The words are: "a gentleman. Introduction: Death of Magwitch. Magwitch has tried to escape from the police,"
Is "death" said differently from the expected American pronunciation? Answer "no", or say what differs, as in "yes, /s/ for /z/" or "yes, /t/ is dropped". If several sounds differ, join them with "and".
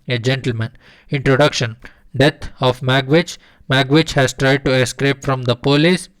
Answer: yes, /t/ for /θ/